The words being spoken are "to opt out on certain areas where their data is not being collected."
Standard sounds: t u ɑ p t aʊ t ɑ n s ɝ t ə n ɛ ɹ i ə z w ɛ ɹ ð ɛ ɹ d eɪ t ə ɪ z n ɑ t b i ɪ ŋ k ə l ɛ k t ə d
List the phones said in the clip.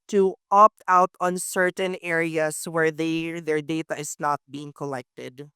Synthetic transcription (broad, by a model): t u ɑ p t aʊ t ɑ n s ɝ t ə n ɛ ɹ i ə s w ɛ ɹ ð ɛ ɹ d eɪ t ə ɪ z n ɑ t b i ɪ ŋ k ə l ɛ k t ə d